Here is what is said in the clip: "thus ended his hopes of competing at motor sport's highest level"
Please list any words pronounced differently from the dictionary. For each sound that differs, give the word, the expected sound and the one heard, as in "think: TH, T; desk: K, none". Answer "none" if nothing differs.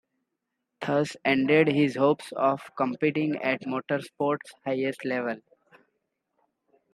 none